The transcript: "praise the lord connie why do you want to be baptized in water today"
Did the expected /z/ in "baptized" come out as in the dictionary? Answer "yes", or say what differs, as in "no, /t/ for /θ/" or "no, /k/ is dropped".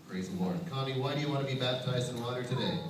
yes